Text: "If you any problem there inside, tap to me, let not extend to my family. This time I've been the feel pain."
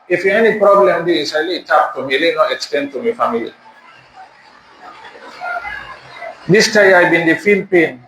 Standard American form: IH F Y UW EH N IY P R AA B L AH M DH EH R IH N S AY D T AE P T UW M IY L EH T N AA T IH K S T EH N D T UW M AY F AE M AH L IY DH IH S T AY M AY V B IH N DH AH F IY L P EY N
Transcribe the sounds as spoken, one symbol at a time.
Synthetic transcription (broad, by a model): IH F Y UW EH N IY P R AA B L AH M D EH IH S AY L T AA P T UW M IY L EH N AA T IH K S T EH N D T UW M AY F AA M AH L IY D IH S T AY AY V B IH N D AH F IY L P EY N